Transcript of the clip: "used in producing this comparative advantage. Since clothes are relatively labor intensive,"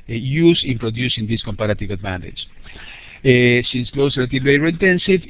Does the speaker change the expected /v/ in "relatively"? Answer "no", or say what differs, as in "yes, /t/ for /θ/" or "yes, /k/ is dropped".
yes, /v/ is dropped